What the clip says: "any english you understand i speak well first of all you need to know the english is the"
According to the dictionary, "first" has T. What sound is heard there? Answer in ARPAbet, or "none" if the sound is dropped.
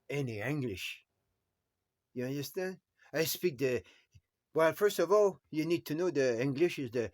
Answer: T